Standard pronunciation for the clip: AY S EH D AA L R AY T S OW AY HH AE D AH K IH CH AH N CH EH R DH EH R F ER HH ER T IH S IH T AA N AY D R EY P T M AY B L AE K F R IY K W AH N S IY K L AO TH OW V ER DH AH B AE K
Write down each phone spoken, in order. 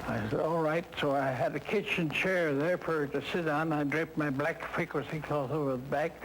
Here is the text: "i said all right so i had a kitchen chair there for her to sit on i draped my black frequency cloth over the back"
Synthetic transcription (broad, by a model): AY S EH D AA L R AY T S OW AY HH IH D AH K IH CH AH N CH EH R DH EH R F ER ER T IH S IH T N AY D R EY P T M AY B L AE K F IH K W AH S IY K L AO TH OW V ER DH AH B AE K